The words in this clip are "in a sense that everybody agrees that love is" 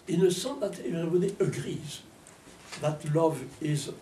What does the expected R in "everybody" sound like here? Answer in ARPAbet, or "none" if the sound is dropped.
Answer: none